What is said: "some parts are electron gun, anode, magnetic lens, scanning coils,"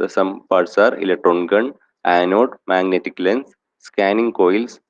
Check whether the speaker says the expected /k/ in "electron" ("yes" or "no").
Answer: yes